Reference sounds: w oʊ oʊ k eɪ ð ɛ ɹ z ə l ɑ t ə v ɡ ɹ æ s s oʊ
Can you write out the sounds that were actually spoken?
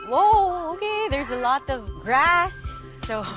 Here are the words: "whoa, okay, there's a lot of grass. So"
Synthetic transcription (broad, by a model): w oʊ oʊ k eɪ ð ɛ ɹ z ə l ɑ t ə v ɡ ɹ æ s s oʊ